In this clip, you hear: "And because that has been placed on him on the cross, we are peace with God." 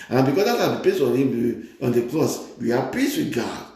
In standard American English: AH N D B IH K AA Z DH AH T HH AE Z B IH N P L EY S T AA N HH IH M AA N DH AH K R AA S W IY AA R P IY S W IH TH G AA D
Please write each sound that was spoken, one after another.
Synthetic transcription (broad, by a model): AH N B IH K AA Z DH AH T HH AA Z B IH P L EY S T AA N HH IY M AA N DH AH K L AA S W IY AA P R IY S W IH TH G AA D